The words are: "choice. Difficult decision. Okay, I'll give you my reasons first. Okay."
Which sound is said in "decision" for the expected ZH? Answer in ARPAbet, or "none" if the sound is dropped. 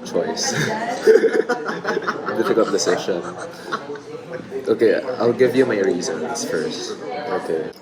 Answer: SH